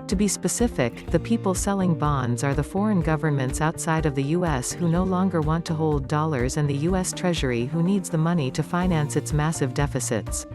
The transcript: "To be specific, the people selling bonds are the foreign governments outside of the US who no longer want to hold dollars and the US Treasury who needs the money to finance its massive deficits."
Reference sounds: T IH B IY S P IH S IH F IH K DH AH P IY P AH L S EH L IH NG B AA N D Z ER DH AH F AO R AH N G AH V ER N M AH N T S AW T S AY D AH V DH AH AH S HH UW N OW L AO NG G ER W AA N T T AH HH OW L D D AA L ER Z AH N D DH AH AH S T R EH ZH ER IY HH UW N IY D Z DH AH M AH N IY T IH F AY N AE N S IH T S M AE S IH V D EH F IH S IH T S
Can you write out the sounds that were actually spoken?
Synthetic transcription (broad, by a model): T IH B IY S P IH S IH F IH K DH AH P IY P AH L S EH L IH NG B AA N D Z ER DH AH F AO R AH N G AH V ER N M AH N T S AW T S AY D AH V DH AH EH S HH UW N OW L AO NG G ER W AA N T T AH HH OW L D D AA L ER Z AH N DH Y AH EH S T R EH ZH ER IY HH UW N IY D Z DH AH M AH N IY T IH F AY N AE N S IH T S M AE S IH V D EH F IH S IH T S